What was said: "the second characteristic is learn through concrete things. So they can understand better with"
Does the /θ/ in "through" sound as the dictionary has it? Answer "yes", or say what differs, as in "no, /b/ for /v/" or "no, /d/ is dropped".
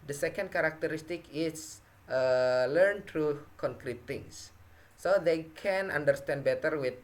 no, /t/ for /θ/